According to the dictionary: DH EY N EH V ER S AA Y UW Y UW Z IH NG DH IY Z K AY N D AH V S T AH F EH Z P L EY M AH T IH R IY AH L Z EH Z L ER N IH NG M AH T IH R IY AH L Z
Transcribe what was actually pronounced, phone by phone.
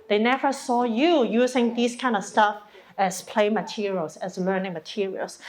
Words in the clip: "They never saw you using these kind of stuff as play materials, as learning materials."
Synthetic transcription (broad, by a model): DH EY N EH V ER S AA Y UW Y UW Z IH NG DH IY S K AY N D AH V S T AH F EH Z P L EY M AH T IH R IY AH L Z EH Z L ER N IH NG M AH T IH R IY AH L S